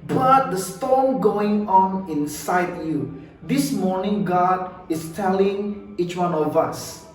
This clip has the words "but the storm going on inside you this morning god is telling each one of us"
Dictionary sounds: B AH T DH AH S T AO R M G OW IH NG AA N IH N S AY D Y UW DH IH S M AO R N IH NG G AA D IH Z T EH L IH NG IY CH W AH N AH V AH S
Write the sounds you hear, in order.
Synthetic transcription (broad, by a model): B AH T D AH S T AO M G OW IH NG AA N IH N S AY D Y UW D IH S M AO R N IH NG G AA D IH S T EH L IH NG IY CH W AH N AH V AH S